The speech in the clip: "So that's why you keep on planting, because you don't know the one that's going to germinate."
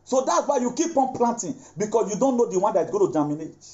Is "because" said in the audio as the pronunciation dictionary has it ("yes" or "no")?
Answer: no